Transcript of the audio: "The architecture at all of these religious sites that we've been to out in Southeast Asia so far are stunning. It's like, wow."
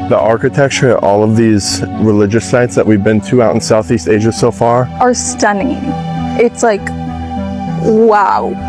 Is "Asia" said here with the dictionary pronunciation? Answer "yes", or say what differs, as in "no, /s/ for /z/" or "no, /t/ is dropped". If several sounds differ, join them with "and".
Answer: yes